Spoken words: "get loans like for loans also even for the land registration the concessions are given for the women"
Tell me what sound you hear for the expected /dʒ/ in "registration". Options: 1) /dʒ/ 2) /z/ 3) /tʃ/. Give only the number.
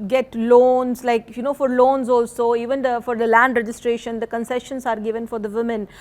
1